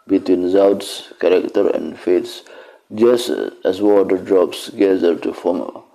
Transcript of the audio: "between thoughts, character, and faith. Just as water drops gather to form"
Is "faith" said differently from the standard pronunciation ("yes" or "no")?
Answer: yes